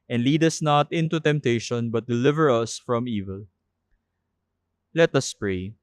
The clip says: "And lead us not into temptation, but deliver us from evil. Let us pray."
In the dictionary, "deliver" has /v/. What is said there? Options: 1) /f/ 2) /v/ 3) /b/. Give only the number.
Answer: 2